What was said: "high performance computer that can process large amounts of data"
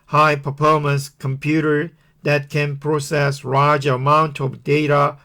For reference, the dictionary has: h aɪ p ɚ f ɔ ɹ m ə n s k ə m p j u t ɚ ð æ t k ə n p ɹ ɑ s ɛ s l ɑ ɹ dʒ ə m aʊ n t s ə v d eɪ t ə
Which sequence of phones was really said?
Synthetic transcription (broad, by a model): h aɪ p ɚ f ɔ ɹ m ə n s k ə m p j u t ɚ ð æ t k ə n p ɹ ɑ s ɛ s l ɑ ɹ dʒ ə m aʊ n t ə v d eɪ t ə